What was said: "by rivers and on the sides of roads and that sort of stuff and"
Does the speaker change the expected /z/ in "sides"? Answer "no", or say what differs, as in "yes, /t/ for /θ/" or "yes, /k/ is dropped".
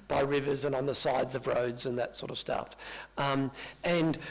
no